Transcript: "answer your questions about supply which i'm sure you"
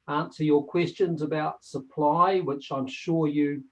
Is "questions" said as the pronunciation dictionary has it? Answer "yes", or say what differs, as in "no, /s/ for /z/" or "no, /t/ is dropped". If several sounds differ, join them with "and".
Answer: yes